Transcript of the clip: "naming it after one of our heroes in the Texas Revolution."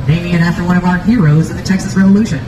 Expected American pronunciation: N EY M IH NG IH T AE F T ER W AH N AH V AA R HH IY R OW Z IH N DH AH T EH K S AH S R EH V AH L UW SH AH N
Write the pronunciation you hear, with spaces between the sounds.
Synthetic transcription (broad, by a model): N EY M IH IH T AE F T ER W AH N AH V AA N HH IY R OW Z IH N DH AH T EH K S AH S R EH V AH L UW SH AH N